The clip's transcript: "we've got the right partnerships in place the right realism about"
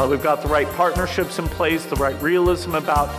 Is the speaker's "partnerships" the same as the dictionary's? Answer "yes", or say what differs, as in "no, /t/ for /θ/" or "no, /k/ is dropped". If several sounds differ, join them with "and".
yes